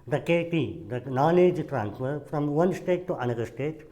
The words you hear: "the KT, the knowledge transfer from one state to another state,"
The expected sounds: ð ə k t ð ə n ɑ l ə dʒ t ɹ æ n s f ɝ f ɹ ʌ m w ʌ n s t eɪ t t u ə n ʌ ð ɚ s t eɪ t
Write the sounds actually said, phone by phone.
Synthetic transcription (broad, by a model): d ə k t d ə n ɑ n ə dʒ t ɹ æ n s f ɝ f ɹ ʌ m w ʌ n s t eɪ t t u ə n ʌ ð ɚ s t eɪ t